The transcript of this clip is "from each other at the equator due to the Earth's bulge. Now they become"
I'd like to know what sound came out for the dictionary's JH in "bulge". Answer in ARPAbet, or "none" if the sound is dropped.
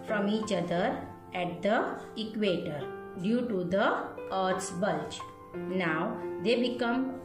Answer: CH